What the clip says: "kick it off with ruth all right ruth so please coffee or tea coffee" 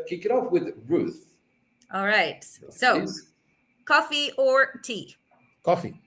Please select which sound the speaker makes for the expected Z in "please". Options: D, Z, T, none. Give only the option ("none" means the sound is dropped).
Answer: none